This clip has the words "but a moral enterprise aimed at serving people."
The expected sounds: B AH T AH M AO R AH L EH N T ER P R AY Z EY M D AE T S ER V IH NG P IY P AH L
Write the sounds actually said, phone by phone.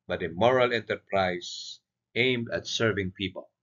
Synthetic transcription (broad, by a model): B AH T AH M AO R AH L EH N T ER P R AY S EY M D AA T S ER V IH NG P IY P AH L